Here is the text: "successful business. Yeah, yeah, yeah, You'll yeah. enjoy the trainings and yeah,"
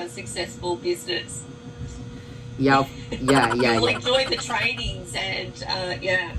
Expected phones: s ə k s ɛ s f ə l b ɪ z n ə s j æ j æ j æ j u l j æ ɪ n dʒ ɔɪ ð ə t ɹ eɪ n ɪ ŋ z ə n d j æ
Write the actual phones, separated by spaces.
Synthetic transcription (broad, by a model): s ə k s ɛ s f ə l b ɪ z n ə s j æ j æ j æ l ɪ n dʒ ɔɪ ð ə t ɹ eɪ n ɪ ŋ z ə n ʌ j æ